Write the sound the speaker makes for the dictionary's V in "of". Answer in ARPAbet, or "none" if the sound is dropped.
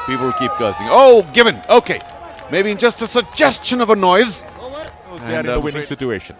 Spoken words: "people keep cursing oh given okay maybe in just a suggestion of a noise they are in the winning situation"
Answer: V